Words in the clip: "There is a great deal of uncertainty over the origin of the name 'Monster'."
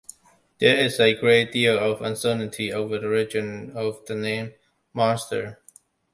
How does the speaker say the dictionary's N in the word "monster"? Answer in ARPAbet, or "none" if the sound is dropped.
none